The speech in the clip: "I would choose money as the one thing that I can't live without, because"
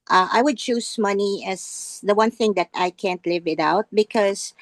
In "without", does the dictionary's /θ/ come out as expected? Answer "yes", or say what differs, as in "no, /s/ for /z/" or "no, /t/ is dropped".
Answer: no, /t/ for /θ/